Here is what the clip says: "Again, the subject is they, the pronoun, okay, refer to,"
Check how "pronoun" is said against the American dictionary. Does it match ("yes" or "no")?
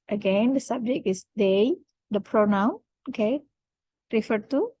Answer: yes